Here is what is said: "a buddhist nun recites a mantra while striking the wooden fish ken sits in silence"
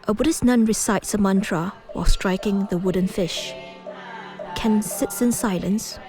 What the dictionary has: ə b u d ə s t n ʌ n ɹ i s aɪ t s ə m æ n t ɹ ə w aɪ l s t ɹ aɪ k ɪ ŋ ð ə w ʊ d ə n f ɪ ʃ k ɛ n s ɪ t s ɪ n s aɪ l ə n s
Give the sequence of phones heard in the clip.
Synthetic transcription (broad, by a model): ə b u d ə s n ʌ n ɹ i s aɪ t s ə m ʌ n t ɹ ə w aɪ l s t ɹ aɪ k ɪ ŋ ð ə w ʊ d ə n f ɪ ʃ k ɛ n s ɪ t s ɪ n s aɪ l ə n s